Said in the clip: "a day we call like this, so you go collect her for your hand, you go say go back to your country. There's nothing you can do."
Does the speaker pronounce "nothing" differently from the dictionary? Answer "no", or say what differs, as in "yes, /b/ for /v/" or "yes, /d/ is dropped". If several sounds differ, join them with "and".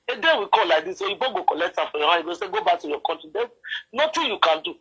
yes, /t/ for /θ/